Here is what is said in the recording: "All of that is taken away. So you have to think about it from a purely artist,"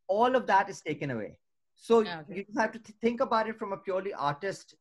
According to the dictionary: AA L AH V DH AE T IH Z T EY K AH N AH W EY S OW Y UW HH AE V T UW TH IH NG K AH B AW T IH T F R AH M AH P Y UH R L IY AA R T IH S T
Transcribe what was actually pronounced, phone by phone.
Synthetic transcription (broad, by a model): AA L AH V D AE T IH Z T EY K AH N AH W EY S OW Y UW HH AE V T UW T IH NG K AH B AW T IH T F R AH M AH P Y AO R L IY AA R T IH S T